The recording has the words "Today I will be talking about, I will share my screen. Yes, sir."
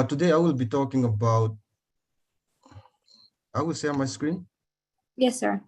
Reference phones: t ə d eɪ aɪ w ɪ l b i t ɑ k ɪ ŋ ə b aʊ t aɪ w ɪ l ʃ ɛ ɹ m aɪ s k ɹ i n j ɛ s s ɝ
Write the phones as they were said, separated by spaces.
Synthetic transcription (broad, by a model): t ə d eɪ aɪ w ɪ l b i t ɑ k ɪ ŋ ə b aʊ t aɪ w ɪ l s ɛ m aɪ s k ɹ i n j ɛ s s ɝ